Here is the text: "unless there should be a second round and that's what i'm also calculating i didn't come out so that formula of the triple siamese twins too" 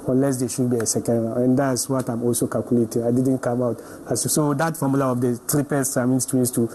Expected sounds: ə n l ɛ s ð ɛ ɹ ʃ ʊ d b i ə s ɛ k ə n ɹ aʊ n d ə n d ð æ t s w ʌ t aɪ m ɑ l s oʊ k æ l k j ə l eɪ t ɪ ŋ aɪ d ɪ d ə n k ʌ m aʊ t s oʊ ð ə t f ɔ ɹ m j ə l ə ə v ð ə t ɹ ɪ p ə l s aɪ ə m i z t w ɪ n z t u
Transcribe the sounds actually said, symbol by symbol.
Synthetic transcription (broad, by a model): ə n l ɛ s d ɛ ʃ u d b i ə s ɛ k ə n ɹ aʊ ə n d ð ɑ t s w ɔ t aɪ m ɑ l s oʊ k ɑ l k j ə l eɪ t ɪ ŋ aɪ d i d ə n k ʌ m aʊ t s oʊ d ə t f ɔ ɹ m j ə l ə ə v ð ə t ɹ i p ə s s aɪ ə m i s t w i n s t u